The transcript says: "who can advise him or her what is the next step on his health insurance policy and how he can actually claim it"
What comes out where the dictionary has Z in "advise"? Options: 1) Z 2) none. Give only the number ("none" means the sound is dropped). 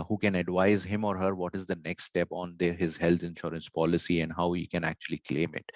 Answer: 1